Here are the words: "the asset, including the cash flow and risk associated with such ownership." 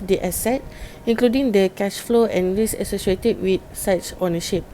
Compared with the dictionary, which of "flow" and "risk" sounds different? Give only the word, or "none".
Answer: risk